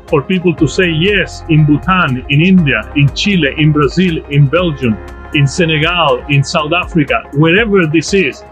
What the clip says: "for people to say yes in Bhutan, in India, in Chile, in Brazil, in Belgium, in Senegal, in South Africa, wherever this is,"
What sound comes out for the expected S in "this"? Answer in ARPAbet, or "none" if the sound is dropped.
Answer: S